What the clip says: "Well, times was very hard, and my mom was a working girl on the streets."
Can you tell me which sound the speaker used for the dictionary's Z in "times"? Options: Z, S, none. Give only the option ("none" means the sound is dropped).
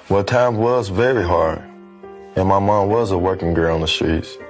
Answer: none